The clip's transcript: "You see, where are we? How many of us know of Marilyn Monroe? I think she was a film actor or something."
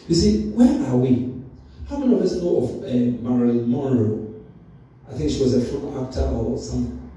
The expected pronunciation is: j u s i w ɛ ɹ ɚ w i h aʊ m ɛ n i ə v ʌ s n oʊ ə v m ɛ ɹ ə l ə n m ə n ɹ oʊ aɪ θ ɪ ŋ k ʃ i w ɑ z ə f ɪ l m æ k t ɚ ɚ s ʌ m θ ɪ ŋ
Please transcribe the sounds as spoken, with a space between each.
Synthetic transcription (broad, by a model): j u s i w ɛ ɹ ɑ w i h aʊ m ɛ n i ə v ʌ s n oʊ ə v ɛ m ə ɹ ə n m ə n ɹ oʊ aɪ θ ɪ ŋ k ʃ i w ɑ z ə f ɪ m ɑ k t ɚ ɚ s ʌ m